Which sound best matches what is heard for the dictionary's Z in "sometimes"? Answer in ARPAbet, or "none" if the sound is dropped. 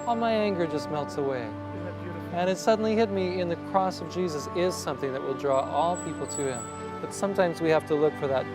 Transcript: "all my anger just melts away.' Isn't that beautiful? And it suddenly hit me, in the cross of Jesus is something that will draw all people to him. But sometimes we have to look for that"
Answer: Z